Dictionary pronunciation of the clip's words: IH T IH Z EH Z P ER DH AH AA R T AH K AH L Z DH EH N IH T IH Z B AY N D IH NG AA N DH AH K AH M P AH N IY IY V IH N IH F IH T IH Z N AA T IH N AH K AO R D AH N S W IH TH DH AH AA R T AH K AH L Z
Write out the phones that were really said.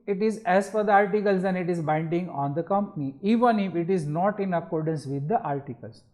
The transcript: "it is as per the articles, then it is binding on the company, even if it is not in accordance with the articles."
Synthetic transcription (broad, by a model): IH T IH Z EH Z F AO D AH AA R T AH K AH L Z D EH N IH T IH Z B AY N D IH NG AA N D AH K AH M P AH N IY IY V IH N IH F IH T IH Z N AA T IH N AH K AO R D AH N S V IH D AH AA R T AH K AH L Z